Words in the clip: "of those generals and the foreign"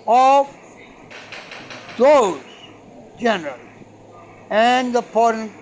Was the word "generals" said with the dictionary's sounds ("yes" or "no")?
no